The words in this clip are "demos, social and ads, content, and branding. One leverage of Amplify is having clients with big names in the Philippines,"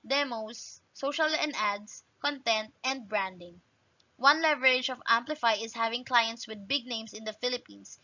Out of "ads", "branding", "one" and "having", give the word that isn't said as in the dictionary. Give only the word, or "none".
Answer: ads